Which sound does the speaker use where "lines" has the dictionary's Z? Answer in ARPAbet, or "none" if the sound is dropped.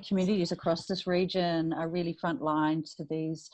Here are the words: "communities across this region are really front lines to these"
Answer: none